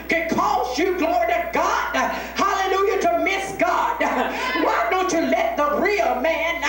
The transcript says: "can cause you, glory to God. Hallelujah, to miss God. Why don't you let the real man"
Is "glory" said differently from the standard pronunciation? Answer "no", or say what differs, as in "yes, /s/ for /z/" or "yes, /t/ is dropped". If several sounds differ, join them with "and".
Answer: no